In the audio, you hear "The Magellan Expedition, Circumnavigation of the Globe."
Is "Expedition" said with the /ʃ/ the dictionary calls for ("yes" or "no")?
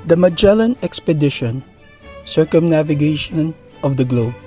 yes